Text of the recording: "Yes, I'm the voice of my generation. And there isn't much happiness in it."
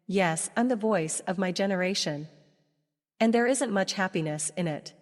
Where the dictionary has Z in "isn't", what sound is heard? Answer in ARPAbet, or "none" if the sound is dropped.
Z